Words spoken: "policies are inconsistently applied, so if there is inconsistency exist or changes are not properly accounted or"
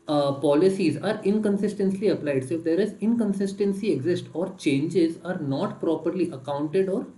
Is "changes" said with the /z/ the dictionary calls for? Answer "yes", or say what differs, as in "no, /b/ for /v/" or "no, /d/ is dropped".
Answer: yes